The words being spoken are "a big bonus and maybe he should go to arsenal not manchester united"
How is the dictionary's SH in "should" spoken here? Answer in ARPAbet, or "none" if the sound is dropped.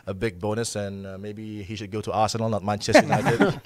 SH